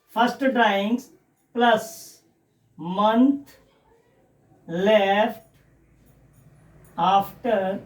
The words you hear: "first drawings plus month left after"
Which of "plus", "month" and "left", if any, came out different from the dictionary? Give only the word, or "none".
month